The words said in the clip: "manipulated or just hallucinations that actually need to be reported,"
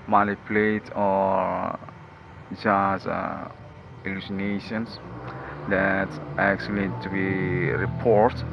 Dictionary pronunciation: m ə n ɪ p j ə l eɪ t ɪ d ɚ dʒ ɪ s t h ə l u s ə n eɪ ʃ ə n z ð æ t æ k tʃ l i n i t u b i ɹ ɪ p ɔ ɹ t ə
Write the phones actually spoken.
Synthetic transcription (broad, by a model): m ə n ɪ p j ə l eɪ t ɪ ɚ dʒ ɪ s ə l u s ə n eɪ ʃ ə n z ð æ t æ k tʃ i l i t u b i ɹ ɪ p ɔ ɹ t